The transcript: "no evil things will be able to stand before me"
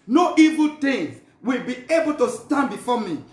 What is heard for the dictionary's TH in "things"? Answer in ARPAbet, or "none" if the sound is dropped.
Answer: T